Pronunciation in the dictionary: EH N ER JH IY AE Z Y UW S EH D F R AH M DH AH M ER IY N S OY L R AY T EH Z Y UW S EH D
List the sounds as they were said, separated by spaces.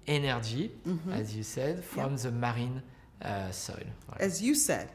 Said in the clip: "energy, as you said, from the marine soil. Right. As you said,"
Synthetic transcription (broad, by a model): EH N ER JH IY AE Z Y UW S EH D F R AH M DH AH M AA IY N S OY L W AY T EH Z Y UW S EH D